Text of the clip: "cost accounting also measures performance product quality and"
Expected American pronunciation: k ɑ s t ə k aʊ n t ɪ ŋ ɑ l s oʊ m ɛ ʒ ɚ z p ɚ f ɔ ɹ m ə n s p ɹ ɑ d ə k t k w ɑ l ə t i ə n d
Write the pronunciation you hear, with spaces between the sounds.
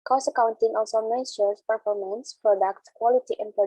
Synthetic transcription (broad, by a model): k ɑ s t ə k aʊ n t ɪ ŋ ɑ l s oʊ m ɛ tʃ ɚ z p ɚ f ɔ ɹ m ə n s p ɹ ɑ d ə k t k w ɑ l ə t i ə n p